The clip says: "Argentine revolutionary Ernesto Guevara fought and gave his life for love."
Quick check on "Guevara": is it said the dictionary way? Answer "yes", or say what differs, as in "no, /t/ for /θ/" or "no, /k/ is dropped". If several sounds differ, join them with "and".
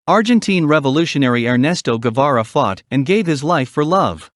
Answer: yes